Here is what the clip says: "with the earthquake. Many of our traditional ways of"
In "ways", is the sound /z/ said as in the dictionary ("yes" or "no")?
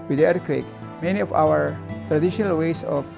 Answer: no